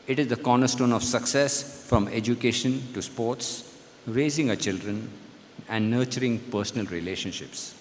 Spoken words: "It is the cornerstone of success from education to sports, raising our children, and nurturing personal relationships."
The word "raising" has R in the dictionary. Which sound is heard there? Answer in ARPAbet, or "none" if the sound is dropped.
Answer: R